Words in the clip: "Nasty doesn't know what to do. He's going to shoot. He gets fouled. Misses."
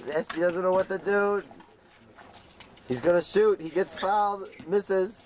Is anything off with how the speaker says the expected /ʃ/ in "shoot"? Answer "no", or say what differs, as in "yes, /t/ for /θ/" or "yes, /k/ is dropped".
no